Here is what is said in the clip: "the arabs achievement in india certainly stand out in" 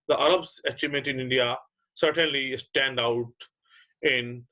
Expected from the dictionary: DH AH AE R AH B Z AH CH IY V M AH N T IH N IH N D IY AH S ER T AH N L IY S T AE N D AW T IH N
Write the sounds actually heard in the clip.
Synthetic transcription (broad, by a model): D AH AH R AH B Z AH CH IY M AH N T IH N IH N D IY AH S ER T AH N L IY S T AE N D AW T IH N